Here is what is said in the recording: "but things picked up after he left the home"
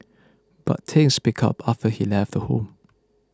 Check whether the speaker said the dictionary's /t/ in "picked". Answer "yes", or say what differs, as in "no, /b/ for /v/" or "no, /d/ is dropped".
no, /t/ is dropped